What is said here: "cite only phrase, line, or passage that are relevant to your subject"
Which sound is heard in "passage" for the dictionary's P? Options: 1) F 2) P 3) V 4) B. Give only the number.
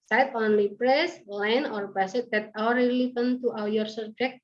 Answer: 4